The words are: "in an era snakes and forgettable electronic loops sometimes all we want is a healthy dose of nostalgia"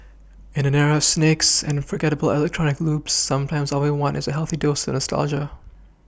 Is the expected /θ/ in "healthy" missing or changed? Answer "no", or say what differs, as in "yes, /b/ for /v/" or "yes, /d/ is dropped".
no